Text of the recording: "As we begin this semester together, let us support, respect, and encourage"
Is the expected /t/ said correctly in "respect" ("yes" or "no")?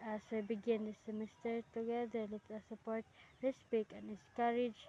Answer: no